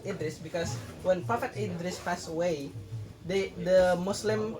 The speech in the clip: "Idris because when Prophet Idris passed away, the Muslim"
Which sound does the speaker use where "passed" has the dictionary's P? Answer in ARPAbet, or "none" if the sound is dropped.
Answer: F